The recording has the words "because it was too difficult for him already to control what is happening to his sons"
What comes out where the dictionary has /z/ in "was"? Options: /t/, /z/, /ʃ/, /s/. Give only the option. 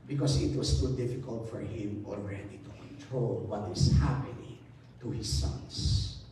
/s/